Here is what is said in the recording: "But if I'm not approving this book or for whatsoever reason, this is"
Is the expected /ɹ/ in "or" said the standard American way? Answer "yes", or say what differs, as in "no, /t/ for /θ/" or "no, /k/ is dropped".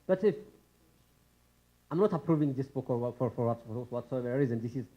no, /w/ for /ɹ/